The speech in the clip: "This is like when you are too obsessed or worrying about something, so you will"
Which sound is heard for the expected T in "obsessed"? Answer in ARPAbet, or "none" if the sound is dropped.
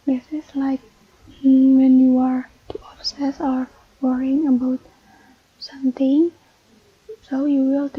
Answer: none